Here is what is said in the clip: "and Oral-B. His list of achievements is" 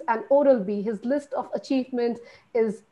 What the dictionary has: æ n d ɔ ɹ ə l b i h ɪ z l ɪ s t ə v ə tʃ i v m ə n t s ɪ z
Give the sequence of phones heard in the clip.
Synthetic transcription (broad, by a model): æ n ɔ ɹ ə l b i h ɪ z l ɪ s t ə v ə tʃ i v m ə n t ɪ z